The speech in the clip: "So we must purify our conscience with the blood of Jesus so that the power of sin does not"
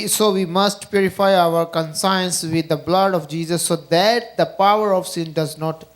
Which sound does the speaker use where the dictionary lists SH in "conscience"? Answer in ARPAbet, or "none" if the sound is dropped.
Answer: S